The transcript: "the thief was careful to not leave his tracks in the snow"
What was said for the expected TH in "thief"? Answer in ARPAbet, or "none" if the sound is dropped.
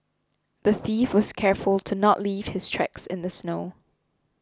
TH